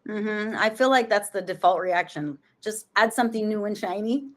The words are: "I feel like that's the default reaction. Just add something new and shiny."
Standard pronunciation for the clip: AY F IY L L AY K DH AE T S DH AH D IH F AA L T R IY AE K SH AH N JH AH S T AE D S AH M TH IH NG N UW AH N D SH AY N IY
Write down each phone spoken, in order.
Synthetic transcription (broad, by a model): AY F IY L L AY K DH AE T S DH AH D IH F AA L T R IY AE K SH AH N JH AH S T AE D S AH M TH IH NG N UW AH N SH AY N IY